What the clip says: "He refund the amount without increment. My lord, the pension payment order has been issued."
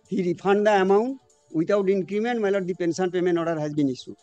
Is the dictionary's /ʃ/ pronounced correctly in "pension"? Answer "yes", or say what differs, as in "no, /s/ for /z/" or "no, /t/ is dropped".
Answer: no, /s/ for /ʃ/